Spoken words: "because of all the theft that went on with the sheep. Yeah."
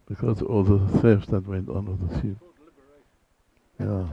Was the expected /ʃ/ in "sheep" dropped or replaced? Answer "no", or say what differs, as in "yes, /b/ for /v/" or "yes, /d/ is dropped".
yes, /s/ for /ʃ/